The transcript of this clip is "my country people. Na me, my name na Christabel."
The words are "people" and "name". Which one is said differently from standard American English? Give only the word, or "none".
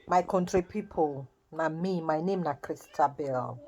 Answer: none